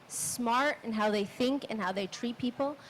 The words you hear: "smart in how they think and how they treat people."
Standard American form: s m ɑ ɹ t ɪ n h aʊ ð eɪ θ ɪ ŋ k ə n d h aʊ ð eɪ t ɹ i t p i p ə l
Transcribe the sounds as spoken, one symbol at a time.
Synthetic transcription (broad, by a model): s m ɑ ɹ t ɪ n h aʊ ð eɪ θ ɪ ŋ k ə n h aʊ ð eɪ t ɹ i t p i p l